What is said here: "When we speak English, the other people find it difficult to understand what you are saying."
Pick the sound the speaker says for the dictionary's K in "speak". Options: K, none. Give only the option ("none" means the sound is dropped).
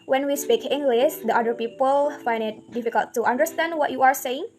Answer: K